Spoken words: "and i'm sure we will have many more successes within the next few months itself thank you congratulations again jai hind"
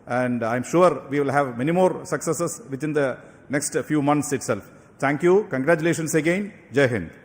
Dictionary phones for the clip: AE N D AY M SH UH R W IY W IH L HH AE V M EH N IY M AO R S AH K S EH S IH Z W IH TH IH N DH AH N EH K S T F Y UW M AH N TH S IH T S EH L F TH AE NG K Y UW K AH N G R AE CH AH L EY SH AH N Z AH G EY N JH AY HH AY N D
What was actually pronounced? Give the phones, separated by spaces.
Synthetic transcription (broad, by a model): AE N D AY M SH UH R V IY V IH L HH AE V M EH N IY M AO R S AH K S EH S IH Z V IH T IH N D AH N EH K S T F Y UW M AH N T S IH T S EH L F T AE NG K Y UW K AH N G R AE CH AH L EY SH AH N S AH G EY N JH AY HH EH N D